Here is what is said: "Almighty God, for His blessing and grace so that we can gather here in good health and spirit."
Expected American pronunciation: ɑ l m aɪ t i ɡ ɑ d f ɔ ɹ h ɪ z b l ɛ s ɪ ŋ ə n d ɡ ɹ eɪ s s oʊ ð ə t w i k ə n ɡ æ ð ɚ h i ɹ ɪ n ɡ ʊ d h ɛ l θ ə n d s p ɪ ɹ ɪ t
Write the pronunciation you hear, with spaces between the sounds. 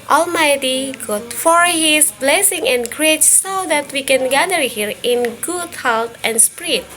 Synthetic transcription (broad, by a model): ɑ l m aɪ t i ɡ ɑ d f ɔ ɹ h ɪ s b l ɛ s ɪ ŋ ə n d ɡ ɹ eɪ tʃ s oʊ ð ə t w i k ə n ɡ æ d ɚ h i ɹ ɪ n ɡ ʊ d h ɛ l t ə n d s p ɹ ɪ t